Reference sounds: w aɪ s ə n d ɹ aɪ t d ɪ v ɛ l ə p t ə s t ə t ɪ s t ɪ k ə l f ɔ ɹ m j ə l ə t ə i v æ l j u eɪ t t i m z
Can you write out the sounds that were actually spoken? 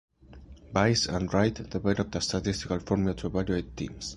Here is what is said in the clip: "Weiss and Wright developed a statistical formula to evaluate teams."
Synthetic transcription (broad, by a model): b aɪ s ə n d ɹ aɪ t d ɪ b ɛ n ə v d ə s t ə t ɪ s t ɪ k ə l f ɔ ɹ m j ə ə t ə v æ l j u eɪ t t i m s